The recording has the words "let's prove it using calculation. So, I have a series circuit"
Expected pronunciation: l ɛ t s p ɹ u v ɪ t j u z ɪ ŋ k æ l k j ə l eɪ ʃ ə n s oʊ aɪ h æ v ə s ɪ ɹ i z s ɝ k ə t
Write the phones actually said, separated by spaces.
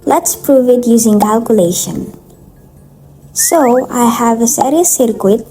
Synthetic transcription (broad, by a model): l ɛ t s p ɹ u v ɪ t j u z ɪ ŋ k æ l k j ə l eɪ ʃ ə n s oʊ aɪ h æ v ə s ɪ ɹ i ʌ s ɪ k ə t